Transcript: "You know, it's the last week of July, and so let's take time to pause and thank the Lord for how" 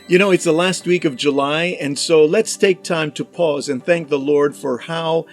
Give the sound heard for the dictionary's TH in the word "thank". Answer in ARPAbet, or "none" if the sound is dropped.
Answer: TH